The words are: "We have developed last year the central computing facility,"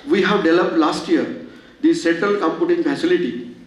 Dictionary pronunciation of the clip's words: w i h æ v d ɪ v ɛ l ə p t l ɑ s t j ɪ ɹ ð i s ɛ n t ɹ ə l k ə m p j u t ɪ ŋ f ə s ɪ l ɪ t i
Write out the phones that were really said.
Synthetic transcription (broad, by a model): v i h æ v d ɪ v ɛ l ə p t l ɑ s t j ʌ ɹ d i s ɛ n t ə l k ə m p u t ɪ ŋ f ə s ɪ l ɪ t i